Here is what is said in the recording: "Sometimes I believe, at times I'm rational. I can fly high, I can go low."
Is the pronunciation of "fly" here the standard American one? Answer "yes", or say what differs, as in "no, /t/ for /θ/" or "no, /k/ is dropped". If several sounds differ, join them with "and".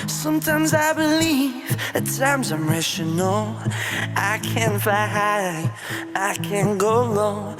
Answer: no, /l/ is dropped